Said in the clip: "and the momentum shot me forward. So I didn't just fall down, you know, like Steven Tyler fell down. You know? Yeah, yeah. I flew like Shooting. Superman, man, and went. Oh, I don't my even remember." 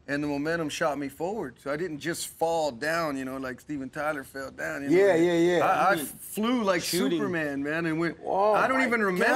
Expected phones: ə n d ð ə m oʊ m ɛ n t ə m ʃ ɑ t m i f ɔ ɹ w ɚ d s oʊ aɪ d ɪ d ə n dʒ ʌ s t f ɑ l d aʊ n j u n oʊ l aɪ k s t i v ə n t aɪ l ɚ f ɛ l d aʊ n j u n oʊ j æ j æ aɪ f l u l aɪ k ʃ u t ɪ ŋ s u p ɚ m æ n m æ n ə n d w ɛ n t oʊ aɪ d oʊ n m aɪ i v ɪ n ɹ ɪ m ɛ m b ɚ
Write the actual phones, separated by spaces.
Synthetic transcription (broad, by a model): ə n ð ə m oʊ m ɛ t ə m ʃ ɑ t m i f ɔ ɹ w ɚ d s oʊ aɪ d ɪ d n dʒ ʌ s t f ɑ l d aʊ n j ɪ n oʊ l aɪ k s t i v ə n t aɪ l ɚ f ɛ l d aʊ n j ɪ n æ j æ j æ aɪ f l u l aɪ k s u p ɚ m æ n m æ n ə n w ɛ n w aɪ d oʊ n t i v ɪ n ɹ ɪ m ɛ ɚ